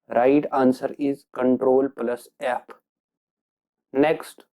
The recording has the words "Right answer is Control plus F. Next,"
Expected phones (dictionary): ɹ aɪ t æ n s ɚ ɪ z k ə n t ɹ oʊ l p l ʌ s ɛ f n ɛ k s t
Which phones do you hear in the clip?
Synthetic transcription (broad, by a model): ɹ aɪ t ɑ n s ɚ ɪ z k ə n t ɹ oʊ l p l ʌ s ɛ p n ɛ k s t